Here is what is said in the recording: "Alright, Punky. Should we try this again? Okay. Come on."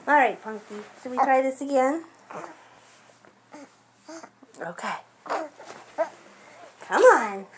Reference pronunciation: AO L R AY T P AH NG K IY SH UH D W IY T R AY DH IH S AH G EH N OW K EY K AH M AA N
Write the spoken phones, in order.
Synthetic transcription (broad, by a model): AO L R AY T P AH NG K IY S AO W IY T R AY DH IH S AH G EH N OW K EY K AH M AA N